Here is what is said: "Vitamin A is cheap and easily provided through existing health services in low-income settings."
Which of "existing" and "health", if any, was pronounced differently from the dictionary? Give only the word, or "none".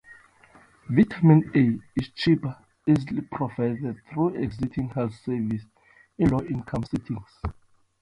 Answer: existing